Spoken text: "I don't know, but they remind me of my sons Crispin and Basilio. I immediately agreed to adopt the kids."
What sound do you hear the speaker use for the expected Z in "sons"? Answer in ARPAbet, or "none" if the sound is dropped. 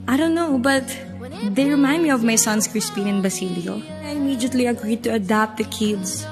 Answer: S